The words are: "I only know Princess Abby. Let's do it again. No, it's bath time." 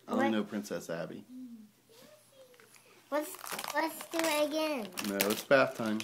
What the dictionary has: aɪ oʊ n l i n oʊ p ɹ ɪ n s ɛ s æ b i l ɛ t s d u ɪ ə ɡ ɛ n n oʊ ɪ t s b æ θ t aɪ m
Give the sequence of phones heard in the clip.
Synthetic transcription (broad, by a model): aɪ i n oʊ p ɹ ɪ n s ɛ s æ b i w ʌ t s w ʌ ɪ ə ɡ ɛ n n oʊ ɪ t s b æ θ t aɪ m